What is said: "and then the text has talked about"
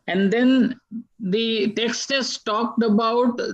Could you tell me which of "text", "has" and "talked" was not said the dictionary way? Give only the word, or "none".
has